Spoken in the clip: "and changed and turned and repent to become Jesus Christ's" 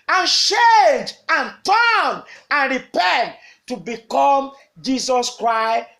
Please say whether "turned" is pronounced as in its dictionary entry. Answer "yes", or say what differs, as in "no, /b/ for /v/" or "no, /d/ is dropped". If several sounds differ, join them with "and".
no, /d/ is dropped